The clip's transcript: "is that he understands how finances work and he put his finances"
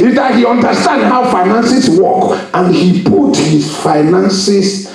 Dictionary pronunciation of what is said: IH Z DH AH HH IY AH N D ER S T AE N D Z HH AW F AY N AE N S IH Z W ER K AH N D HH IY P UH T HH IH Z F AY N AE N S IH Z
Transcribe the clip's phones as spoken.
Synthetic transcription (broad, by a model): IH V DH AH HH IY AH N D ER S T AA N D HH AW F AY N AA N S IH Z W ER K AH N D HH IY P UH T HH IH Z F AY N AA N S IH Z